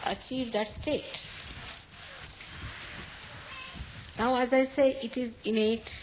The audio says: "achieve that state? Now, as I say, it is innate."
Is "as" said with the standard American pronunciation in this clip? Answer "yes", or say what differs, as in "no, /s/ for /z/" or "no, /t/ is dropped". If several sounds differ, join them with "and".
yes